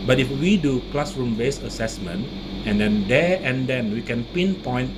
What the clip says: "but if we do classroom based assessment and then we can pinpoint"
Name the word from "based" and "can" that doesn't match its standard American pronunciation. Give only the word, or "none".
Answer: based